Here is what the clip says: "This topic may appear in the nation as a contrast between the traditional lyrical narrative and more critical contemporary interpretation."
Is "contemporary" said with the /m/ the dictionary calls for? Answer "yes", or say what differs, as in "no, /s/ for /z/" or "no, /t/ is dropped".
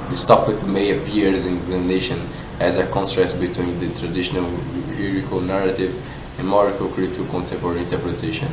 no, /m/ is dropped